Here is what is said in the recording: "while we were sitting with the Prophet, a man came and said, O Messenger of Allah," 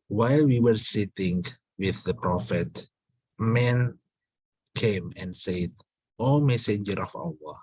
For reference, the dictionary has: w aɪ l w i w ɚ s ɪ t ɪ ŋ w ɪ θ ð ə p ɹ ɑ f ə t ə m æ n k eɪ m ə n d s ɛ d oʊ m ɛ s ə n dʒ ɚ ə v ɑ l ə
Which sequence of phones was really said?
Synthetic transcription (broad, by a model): w aɪ l w i w ɚ s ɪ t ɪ ŋ w ɪ θ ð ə p ɹ ɑ f ə t m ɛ n k eɪ m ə n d s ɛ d oʊ m ɛ s ə n dʒ ɚ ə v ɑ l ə